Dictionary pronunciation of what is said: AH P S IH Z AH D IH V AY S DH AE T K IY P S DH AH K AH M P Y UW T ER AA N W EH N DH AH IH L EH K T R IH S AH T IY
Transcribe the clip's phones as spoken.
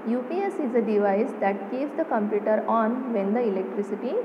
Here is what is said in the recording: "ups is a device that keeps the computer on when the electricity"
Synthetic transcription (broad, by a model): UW P S IH Z AH D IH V AY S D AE T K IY S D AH K AH M P Y UW T ER AA N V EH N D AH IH L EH K T R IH S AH T IY